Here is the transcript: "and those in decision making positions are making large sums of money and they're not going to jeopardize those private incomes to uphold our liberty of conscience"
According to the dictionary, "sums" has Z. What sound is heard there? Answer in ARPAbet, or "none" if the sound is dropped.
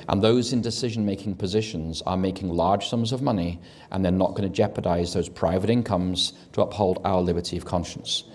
Z